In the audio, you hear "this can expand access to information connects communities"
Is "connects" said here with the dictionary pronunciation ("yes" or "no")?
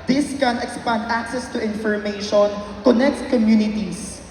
no